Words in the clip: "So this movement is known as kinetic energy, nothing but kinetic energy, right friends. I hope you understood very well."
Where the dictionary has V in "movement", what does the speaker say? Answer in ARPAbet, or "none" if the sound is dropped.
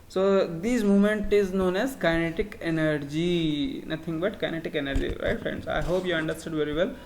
none